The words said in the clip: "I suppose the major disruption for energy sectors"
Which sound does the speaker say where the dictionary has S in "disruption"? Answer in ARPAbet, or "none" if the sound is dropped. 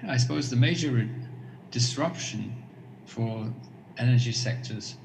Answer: S